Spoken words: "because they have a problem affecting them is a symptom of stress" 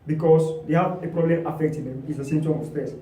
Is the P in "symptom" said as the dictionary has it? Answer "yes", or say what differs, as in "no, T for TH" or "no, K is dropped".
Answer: no, P is dropped